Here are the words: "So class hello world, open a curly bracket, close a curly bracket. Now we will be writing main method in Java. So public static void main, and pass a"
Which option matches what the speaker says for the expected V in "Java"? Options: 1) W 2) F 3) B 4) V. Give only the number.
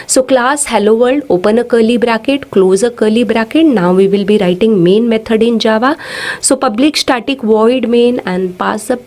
4